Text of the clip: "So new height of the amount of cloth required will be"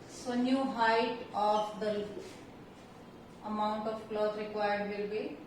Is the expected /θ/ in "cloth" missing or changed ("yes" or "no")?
yes